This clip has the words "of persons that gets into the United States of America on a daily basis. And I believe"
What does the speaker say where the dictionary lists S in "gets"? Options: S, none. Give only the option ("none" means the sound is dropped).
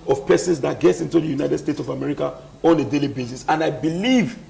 S